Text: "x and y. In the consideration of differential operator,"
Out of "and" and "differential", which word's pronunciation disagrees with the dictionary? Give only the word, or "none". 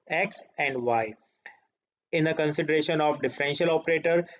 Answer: none